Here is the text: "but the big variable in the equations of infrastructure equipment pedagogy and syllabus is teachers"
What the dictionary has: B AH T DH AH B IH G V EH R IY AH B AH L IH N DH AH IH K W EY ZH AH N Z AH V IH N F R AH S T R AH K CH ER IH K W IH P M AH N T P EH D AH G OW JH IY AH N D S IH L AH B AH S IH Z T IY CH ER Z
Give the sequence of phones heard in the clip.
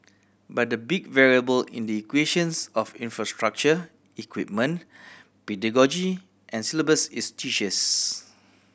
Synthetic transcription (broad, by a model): B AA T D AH B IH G V EH R IY AH B AH L IH N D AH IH K W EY SH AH N S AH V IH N F R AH S T R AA K CH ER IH K W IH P M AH N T P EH D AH G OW JH IY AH N S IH L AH B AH S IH S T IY SH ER S